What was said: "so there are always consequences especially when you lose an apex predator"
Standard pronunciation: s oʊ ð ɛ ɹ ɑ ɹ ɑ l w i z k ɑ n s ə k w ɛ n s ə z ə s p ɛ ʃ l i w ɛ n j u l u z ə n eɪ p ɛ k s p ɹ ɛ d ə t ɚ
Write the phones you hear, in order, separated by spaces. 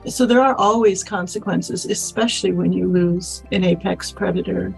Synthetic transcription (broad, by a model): s oʊ ð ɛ ɹ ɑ ɹ ɑ l w i z k ɑ n s ə k w ɛ n s ə z ə s p ɛ ʃ l i w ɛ n j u l u z ə n eɪ p ɛ k s p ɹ ɛ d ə t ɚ